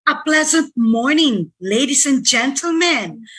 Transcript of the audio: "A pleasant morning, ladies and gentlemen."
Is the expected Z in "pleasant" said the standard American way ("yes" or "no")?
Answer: yes